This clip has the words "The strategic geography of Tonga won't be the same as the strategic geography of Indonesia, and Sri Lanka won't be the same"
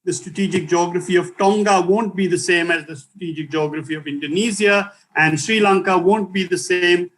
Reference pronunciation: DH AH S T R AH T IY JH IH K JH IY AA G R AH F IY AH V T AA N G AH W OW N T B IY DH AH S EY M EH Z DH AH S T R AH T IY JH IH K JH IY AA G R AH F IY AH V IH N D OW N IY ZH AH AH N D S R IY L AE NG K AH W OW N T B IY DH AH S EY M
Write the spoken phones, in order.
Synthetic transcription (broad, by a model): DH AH S T R AH T IY JH IH K JH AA G R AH F IY AH V T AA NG G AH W OW N T B IY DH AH S EY M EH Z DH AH S T R AH T IY JH IH K JH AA G R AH F IY AH V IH N D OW N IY Z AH AH N D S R IY L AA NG K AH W OW N T B IY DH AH S EY M